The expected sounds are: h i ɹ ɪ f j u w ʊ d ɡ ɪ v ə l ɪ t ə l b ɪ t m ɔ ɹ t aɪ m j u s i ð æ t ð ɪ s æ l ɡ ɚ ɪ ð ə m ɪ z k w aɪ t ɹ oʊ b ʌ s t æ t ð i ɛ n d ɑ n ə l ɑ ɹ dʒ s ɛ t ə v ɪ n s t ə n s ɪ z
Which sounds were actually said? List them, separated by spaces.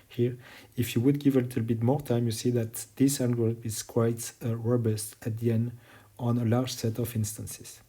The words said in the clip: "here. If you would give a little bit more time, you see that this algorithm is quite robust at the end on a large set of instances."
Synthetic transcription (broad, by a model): h i ɹ ɪ f j u w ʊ d ɡ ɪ v ə l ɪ t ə l b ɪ t m ɔ ɹ t aɪ m j u s i ð æ t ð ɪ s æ n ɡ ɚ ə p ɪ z k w aɪ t ɹ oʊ b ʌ s t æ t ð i ɛ n d ɑ n ə l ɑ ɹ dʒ s ɛ t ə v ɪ n s t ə n s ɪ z